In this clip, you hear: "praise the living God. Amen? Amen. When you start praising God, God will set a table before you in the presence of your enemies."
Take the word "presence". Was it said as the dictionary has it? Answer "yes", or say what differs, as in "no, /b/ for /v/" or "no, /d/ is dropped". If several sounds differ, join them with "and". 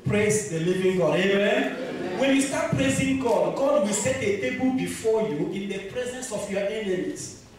yes